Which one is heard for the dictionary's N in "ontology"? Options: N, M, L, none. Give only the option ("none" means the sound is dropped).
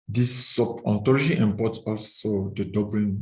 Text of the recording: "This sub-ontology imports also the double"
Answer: none